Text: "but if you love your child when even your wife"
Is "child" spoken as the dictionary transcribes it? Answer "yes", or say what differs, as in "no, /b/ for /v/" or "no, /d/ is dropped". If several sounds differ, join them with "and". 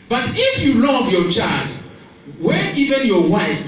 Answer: yes